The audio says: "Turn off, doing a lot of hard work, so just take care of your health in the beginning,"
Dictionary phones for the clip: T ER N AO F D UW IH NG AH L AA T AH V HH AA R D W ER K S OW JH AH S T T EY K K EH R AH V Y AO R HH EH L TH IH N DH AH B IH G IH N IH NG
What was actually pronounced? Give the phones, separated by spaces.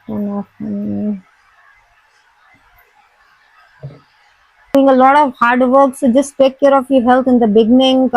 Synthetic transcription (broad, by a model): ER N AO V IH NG AH L AA T AH V HH AA R D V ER K S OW JH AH S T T EY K K EH R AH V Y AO HH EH L T IH N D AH B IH G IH N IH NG